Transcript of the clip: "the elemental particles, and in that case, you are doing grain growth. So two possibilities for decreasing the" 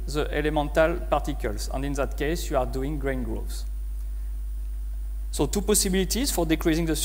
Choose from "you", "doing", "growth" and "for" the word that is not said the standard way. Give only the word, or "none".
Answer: growth